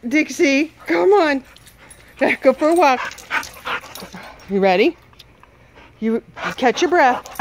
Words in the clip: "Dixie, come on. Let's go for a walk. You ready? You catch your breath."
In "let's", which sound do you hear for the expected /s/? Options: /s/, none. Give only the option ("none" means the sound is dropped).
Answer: none